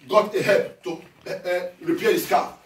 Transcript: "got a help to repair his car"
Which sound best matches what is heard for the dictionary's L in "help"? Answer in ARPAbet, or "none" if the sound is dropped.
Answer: none